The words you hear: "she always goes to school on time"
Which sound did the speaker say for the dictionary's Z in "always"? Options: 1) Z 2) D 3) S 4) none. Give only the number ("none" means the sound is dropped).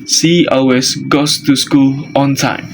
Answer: 3